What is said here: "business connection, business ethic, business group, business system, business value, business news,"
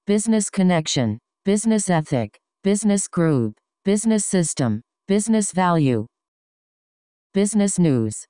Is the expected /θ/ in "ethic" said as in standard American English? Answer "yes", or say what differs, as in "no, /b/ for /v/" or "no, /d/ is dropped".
yes